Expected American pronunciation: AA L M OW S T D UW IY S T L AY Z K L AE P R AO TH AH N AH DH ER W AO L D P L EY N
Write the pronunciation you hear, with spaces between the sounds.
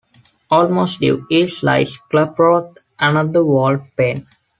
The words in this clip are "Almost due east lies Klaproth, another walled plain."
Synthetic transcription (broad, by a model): AA L M OW S T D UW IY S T L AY S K L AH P R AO T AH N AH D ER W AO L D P EY N